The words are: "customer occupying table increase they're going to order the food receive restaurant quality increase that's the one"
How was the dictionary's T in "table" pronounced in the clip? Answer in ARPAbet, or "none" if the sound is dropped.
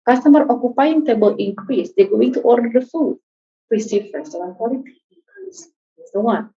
T